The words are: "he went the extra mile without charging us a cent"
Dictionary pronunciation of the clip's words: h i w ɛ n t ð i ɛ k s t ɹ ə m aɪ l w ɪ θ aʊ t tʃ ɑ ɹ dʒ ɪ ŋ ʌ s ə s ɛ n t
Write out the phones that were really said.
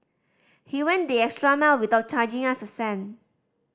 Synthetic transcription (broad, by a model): h i w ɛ n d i ɛ k s t ɹ ə m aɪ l w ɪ t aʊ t tʃ ɑ dʒ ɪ ŋ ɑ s ə s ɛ n